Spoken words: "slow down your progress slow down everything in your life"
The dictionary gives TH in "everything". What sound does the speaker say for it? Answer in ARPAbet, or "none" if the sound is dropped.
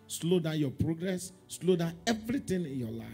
T